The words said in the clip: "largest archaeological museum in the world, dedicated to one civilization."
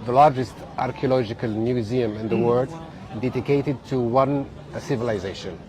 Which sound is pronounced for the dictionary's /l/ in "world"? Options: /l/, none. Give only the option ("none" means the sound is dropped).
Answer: none